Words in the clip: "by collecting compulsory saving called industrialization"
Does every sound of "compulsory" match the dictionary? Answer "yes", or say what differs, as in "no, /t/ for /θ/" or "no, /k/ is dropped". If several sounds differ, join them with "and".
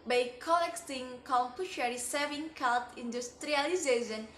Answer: no, /ʃ/ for /s/